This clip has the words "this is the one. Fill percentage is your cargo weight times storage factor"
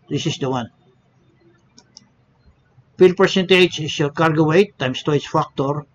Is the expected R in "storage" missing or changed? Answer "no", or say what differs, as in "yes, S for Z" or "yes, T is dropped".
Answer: yes, R is dropped